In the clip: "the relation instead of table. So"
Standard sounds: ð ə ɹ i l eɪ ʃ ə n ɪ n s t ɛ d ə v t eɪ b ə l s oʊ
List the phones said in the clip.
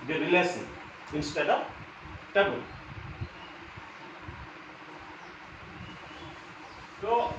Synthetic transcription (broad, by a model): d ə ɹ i l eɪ s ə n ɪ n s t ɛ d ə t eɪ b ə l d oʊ